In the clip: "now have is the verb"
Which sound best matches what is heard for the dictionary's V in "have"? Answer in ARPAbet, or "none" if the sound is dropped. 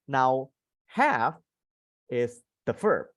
F